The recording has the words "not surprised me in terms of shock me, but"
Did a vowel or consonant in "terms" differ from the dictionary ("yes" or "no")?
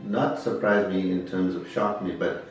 no